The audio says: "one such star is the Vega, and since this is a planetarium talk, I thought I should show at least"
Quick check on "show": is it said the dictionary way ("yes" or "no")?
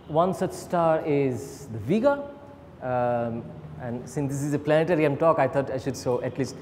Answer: no